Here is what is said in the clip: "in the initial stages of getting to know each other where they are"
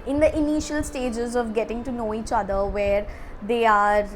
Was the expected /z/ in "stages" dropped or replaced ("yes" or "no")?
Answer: no